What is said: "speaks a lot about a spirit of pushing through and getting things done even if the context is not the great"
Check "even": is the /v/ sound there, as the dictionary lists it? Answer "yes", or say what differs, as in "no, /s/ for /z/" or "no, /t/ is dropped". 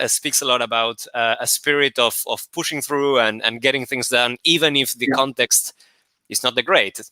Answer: yes